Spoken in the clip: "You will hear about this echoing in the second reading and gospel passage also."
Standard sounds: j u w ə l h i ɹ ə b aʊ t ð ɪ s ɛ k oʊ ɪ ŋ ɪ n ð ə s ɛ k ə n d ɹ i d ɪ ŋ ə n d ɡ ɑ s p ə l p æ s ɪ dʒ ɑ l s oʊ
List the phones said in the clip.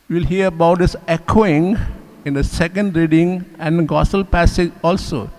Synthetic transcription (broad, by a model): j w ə l h i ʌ ə b aʊ t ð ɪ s ɛ k oʊ ɪ ŋ ɪ n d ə s ɛ k ə n d ɹ i d ɪ ŋ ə n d ɡ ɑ s ə l p æ s ɪ dʒ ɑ l s oʊ